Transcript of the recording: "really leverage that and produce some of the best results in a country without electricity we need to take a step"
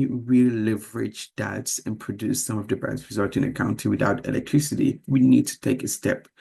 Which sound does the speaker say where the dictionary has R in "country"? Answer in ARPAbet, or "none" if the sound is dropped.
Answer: none